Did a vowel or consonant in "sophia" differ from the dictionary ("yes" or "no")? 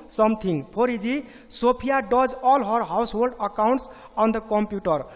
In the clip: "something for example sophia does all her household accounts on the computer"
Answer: yes